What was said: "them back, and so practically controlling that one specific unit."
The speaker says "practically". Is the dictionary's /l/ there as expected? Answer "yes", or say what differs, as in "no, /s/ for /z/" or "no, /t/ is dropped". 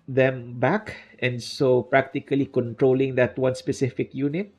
yes